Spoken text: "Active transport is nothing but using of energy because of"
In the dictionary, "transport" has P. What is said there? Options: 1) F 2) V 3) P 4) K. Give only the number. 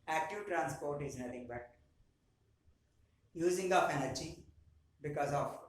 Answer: 3